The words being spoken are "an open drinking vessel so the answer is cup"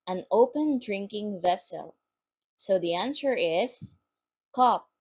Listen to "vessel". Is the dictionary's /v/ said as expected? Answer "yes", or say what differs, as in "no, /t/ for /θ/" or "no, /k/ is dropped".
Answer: yes